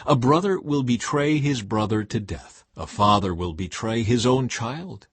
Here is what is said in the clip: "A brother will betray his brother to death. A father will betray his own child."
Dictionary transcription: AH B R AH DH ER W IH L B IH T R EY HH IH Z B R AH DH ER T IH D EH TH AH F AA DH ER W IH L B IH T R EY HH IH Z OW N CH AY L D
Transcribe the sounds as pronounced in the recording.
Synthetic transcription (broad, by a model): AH B R AH DH ER W IH L B IH T R EY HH IH Z B R AH DH ER T IH D EH TH AH F AA DH ER W IH L B IH T R EY IH Z OW N CH AY L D